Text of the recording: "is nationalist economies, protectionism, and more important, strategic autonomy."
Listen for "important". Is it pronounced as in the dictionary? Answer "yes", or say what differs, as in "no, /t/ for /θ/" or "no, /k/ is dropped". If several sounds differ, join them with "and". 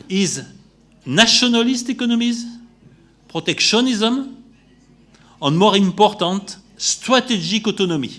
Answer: no, /n/ is dropped